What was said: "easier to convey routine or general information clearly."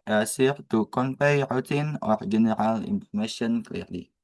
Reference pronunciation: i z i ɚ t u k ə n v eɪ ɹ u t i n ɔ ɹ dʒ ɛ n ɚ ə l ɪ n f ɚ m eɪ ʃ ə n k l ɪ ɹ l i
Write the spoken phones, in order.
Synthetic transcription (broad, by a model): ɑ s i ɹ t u k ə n p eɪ ɹ u t i n ɔ ɹ dʒ ɛ n ɚ ə l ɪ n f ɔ m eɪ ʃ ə n k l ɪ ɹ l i